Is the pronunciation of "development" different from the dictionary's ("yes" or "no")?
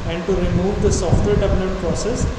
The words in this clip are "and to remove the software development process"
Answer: yes